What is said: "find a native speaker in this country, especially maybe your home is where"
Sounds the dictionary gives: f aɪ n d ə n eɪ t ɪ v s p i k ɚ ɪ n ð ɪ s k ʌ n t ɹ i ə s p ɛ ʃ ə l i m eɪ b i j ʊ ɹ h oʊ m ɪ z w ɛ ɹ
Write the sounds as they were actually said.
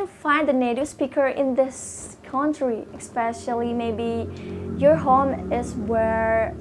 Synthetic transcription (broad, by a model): f aɪ n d ə n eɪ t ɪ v s p i k ɚ ɪ n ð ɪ s k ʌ n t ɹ i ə s p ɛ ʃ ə l i m eɪ b i j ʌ ɹ h oʊ m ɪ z w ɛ ɹ